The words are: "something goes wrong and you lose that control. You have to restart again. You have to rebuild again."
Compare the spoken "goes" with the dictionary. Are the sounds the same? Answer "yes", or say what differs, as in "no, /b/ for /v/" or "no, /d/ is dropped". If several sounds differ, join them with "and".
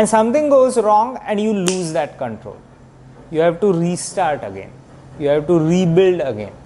yes